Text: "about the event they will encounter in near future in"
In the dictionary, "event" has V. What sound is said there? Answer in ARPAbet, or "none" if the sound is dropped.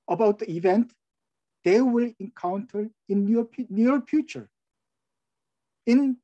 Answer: V